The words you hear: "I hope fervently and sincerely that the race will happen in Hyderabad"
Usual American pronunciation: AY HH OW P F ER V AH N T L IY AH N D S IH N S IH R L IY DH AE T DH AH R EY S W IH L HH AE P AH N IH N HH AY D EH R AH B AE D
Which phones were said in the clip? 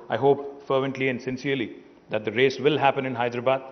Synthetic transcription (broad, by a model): AY HH OW P F ER V AH N T L IY AH N D S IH N S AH R L IY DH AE T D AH R EY S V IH L HH AE P AH N IH N HH AY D R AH B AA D